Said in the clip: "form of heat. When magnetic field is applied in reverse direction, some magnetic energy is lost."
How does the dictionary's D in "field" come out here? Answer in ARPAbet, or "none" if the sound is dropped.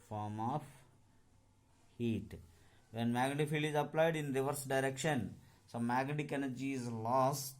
none